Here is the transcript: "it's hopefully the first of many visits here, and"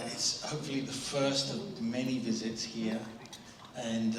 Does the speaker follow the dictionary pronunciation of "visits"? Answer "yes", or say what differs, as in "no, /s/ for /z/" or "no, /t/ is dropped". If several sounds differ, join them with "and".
yes